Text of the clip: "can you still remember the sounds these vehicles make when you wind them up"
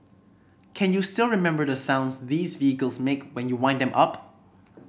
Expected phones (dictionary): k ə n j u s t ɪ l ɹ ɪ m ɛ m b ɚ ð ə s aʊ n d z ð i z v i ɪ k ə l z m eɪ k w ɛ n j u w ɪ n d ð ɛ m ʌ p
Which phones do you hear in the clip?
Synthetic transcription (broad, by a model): k ə n j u s t ɪ l ɹ ɪ m ɛ m b ɚ ð ə s aʊ n d z ð i z v i ɪ k ə l z m eɪ k w ɛ n j u w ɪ n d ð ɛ m ʌ p